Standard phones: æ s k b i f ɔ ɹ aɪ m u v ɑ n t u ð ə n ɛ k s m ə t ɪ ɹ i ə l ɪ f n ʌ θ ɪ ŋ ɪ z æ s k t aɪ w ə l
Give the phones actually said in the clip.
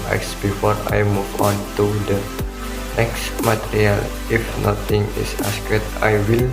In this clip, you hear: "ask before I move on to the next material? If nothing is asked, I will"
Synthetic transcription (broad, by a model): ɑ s b i f ɔ ɹ aɪ m u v ɑ n t u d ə n ɛ k s m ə t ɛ ɹ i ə l ɪ f n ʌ t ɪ ŋ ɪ s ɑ s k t aɪ w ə l